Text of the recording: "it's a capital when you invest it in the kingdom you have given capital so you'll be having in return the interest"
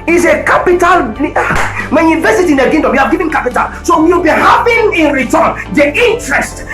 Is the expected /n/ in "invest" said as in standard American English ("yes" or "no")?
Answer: no